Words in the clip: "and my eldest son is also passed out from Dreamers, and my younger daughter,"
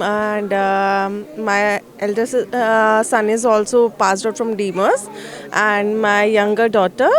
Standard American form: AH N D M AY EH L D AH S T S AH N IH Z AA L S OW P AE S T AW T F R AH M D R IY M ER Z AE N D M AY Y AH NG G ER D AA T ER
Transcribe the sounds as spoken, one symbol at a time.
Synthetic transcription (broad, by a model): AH N D M AY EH L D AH T S AH N IH Z AA L S OW P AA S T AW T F R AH M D IY M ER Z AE N D M AY Y AH NG G ER D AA T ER